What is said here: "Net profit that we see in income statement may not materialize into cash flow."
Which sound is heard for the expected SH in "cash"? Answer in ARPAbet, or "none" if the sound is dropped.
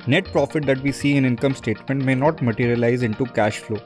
SH